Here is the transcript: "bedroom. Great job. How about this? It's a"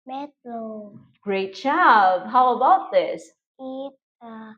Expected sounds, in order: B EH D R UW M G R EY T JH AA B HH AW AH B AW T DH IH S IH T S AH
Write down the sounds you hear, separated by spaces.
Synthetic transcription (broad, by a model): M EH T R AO G R EY T CH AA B HH AW AH B AW T DH IH S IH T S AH